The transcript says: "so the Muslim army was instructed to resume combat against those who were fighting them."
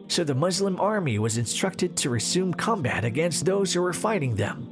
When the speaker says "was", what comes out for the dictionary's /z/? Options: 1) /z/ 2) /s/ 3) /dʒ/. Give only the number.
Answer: 1